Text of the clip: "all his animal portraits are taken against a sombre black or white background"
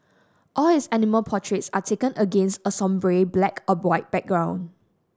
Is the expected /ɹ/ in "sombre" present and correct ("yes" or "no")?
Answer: yes